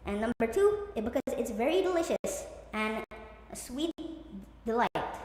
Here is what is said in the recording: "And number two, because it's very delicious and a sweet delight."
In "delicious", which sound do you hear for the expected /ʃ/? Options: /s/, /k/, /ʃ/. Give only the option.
/ʃ/